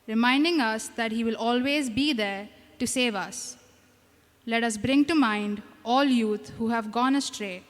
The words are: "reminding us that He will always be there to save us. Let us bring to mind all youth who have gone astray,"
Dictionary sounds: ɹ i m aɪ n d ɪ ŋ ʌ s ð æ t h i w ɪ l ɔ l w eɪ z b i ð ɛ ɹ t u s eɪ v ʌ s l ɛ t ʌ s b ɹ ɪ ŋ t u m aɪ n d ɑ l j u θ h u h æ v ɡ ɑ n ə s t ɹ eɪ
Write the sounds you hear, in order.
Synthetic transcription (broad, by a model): ɹ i m aɪ n d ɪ ŋ ʌ s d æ t h i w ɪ l ɔ l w eɪ z b i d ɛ ɹ t u s eɪ v ʌ s l ɛ t ʌ s b ɹ ɪ ŋ t u m aɪ n d ɑ l j u t h u h æ v ɡ ɑ n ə s t ɹ eɪ